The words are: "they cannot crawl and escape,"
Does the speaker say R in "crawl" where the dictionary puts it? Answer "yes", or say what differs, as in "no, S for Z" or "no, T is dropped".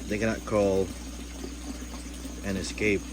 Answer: no, R is dropped